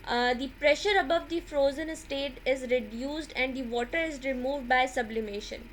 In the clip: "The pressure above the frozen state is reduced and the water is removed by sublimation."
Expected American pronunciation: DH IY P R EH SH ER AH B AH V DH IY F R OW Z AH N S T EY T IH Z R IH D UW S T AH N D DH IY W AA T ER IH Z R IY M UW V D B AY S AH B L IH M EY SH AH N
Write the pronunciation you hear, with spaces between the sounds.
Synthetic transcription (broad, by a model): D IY P R EH SH ER AH B AH V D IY F R OW Z AH N S T EY T IH Z R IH D UW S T AH N D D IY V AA T ER IH Z R IY M UW V D B AY S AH B L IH M EY SH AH N